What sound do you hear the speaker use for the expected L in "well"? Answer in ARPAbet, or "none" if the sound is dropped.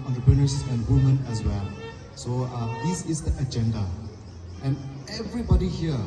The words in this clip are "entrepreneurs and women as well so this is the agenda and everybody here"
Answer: L